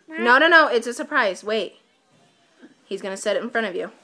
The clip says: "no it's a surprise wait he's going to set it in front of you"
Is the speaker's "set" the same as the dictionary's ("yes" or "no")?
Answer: yes